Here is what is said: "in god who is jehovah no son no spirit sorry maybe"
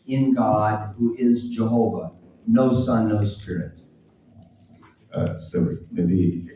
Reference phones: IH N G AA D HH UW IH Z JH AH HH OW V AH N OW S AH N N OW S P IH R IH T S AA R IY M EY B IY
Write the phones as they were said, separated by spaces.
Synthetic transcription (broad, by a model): IH N G AA D HH UW IH Z JH AH HH OW V AH N OW S AH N N OW S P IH R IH T S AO IY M EY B IY